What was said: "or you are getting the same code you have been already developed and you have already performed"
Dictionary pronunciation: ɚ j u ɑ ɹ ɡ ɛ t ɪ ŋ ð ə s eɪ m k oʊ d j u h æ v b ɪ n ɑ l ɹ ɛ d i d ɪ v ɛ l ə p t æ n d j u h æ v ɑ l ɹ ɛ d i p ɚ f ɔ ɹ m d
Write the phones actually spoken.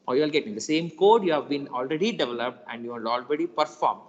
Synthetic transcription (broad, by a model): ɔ j u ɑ l ɡ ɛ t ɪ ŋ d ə s eɪ m k oʊ d j u h æ v b ɪ n ɑ l ɹ ɛ d i d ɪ v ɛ l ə p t æ n d j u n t ɑ l ɹ ɛ d i p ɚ f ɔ ɹ m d